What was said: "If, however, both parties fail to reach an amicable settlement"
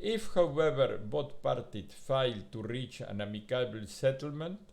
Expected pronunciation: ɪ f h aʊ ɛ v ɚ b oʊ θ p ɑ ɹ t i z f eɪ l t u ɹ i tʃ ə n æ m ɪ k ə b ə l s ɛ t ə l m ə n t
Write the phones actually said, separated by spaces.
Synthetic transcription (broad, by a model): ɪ f h aʊ ɛ v ɚ b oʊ t p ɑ ɹ t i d f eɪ l t u ɹ i tʃ ə n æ m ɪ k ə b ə l s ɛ t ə l m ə n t